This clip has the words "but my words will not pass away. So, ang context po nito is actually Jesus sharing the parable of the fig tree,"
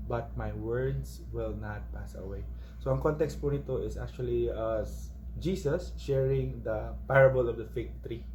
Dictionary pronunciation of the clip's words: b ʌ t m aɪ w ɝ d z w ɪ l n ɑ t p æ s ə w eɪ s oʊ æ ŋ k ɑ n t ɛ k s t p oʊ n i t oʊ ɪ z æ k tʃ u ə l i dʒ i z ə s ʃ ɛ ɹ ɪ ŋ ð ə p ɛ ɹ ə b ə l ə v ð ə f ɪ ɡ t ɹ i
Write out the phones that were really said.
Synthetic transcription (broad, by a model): b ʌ t m aɪ w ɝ d s w ɪ l n ɑ t p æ s ə w eɪ s oʊ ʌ ŋ k ɑ n t ɛ k s t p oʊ n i t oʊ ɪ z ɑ k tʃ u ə l i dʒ i s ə s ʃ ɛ ɹ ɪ ŋ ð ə p ɛ ɹ ə b ə l ə v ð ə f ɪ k t ɹ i